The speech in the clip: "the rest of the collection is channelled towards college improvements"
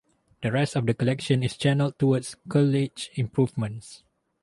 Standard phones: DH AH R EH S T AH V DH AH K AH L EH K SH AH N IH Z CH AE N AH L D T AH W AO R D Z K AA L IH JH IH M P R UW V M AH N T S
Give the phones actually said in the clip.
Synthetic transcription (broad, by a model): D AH R EH S T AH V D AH K AH L EH K SH AH N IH S CH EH N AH L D T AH W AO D S K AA L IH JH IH M P R UW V M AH N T S